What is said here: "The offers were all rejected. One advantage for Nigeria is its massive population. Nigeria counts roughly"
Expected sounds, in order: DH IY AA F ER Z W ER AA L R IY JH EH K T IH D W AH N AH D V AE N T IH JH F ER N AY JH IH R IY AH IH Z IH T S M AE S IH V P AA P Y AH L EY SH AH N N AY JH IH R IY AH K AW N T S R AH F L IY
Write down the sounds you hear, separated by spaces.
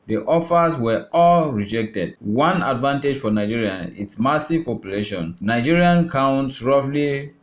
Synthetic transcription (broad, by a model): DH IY AA F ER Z W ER AA L R IY JH EH K T IH D W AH N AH D V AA N T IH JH F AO N AY JH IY R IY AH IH T S M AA S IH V P AA P Y AH L EY SH AH N N AY JH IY R IY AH K AW N T S R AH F L IY